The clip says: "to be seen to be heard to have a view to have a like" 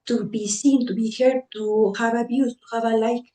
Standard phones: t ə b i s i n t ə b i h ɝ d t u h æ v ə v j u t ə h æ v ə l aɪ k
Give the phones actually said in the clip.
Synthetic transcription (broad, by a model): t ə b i s i n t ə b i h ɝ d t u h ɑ b ə b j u t ə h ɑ b ə l aɪ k